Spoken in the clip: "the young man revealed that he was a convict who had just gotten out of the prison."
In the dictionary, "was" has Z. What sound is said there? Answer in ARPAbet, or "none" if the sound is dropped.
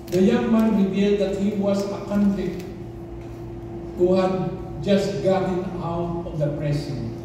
S